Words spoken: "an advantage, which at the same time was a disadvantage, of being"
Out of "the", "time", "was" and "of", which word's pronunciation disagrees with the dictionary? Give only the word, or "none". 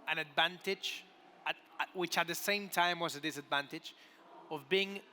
none